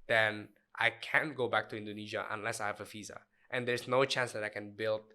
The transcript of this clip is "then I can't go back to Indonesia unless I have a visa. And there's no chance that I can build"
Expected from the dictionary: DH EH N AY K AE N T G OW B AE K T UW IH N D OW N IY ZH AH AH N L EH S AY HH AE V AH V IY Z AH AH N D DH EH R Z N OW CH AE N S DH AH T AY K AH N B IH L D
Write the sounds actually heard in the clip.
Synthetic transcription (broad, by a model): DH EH N AY K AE N G OW B AE K T UW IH N D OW N IY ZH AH AH N L EH S AY HH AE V AH F IY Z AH AH N D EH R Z N OW CH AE N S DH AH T AY K AH N B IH L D